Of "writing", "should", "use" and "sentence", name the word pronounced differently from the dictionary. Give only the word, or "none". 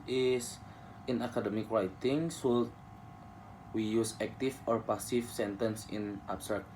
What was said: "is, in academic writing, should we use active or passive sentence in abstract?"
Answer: should